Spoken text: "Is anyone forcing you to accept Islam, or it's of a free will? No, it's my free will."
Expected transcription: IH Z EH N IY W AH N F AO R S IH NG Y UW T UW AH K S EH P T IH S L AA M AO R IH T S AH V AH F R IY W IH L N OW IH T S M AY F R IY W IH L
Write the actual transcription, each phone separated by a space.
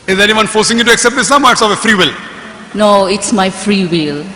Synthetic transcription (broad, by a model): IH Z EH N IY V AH N F AO R S IH NG Y UW T UW AH K S EH P T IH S AA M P IH T S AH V AH F R IY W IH L N OW IH T S M AY F R IY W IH L